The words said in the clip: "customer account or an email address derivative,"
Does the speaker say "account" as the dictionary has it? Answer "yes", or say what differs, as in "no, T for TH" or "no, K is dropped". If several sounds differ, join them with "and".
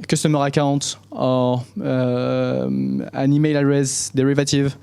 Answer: no, N is dropped